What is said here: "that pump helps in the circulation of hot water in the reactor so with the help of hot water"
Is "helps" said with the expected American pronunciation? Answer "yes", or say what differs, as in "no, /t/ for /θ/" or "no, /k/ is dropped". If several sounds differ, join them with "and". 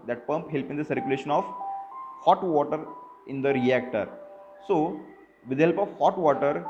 no, /s/ is dropped